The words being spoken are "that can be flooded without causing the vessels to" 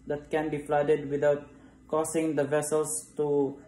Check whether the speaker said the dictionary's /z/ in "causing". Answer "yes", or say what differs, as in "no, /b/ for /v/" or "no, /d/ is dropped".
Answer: no, /s/ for /z/